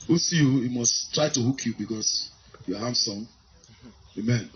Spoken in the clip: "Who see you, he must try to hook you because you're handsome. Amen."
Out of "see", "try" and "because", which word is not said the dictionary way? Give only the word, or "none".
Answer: because